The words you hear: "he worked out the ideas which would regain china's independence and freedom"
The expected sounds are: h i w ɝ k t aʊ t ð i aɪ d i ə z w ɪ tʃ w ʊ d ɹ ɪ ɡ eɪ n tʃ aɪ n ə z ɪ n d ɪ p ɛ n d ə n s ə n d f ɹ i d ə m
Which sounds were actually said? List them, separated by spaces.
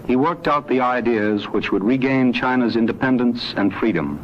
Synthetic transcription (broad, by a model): h i w ɝ k t aʊ t ð i aɪ d i ə z w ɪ tʃ w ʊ d ɹ ɪ ɡ eɪ n tʃ aɪ n ə z ɪ n d ɪ p ɛ n d ə n s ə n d f ɹ i d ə m